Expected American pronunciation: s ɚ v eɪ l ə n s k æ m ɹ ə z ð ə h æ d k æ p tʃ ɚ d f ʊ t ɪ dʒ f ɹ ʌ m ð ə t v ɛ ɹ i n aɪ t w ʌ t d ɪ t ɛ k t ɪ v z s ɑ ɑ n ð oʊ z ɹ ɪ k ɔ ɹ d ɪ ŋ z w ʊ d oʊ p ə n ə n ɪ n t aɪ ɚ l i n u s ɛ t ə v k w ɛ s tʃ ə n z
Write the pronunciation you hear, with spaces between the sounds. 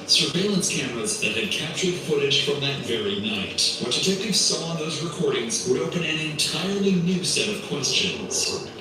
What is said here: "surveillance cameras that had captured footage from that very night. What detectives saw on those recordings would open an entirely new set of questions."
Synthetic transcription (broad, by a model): s ɚ v eɪ l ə n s k æ m ɹ ə z ð ə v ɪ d k æ p tʃ ɚ d f ʊ t ɪ dʒ f ɹ ʌ m ð ə t v ɛ ɹ i n aɪ t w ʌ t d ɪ t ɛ k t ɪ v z s ɑ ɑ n ð oʊ z ɹ ɪ k ɔ ɹ d ɪ ŋ z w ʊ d oʊ p ə n ə n ɪ n t aɪ ɚ l i n u s ɛ t ə v k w ɛ s tʃ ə n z